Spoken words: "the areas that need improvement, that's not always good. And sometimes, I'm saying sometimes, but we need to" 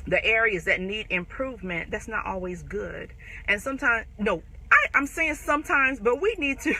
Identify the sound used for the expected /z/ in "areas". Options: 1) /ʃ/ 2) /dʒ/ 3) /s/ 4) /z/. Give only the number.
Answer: 4